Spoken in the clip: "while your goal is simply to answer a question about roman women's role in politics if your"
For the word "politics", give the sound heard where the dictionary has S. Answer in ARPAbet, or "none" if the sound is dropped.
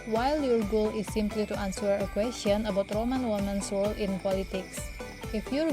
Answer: S